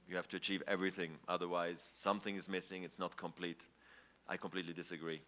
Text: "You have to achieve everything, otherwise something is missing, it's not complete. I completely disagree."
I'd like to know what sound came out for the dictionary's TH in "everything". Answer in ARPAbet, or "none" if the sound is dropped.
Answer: TH